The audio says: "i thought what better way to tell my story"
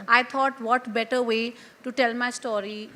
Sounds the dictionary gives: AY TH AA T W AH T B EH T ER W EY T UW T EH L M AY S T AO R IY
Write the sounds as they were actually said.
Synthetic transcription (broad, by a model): AY T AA T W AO T B EH T ER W EY T UW T EH L M AY S T AO R IY